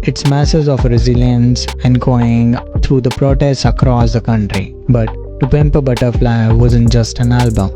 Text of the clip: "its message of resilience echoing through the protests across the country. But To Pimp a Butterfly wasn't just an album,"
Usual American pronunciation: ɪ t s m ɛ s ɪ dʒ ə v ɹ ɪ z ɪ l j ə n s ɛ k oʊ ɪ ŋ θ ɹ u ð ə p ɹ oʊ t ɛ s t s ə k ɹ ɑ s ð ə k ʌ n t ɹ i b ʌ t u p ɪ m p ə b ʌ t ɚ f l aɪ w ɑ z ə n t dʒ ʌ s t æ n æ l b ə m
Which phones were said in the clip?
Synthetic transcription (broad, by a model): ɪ t s m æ s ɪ z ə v ɹ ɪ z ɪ l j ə n s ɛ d oʊ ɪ ŋ t ɹ u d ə p ɹ oʊ t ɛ s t ə k ɹ ɑ s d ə k ʌ n t ɹ i b ʌ t u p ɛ m p ə b ʌ t ɚ f l aɪ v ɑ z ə n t dʒ ʌ s t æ n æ l b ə m